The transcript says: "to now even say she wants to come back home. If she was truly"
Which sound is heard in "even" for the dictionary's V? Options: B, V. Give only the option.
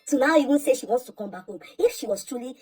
B